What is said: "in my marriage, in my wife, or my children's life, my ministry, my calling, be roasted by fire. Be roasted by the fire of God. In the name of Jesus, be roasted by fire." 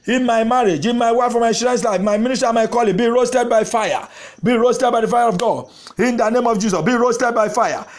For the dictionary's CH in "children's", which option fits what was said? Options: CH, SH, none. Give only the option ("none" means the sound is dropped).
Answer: SH